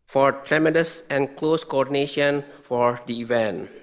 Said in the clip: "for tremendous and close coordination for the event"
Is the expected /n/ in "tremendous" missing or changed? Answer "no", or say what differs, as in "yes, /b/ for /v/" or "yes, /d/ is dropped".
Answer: yes, /n/ is dropped